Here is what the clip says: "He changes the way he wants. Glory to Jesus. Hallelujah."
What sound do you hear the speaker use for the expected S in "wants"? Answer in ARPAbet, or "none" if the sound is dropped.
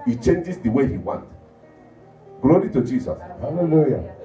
none